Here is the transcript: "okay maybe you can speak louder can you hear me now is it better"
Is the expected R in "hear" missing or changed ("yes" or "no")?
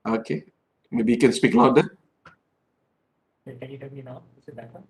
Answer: yes